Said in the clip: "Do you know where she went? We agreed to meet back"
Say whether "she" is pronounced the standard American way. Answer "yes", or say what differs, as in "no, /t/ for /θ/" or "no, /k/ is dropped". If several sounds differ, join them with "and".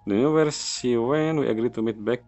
no, /s/ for /ʃ/